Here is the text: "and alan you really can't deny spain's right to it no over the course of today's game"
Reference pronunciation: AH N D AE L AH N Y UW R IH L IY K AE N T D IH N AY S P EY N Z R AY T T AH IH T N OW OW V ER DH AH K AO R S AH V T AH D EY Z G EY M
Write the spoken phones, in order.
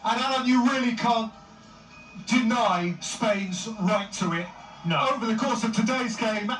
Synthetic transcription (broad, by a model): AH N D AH AH N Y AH R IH L IY K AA N D IH N AY S P EY N Z R AY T T AH IH T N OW OW V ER DH AH K AO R S AH V T AH D EY Z G EY M